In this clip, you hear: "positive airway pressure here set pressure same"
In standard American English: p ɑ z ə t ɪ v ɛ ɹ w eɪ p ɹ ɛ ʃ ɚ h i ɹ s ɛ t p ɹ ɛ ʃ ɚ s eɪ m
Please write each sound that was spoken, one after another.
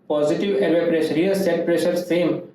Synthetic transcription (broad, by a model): p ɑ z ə t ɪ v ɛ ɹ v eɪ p ɹ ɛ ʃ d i l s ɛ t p ɹ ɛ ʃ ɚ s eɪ m